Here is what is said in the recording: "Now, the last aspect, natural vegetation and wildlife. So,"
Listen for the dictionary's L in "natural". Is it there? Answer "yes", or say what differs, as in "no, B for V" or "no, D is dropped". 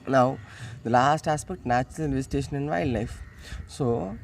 no, N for L